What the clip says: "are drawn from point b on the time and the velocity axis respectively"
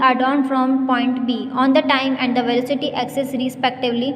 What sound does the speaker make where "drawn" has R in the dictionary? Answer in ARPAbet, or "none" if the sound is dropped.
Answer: none